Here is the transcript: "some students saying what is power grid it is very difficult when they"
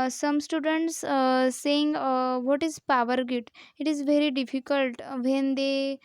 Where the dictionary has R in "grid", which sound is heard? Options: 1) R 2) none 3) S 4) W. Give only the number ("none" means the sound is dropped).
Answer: 2